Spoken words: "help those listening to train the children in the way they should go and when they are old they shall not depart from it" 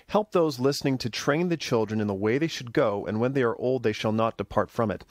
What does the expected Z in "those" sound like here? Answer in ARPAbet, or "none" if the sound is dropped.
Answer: Z